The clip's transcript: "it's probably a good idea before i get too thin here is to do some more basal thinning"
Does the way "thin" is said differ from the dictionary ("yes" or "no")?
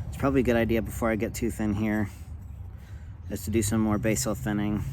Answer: no